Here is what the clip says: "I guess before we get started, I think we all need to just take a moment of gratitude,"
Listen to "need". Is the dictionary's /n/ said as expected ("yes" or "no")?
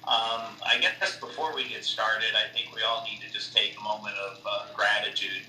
yes